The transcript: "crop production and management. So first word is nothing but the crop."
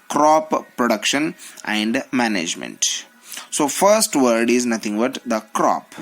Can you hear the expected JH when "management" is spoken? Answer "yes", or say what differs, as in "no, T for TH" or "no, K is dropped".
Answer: yes